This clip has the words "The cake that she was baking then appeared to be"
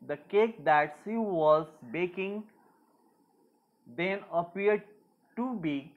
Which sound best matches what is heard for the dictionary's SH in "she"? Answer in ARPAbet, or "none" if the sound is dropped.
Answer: S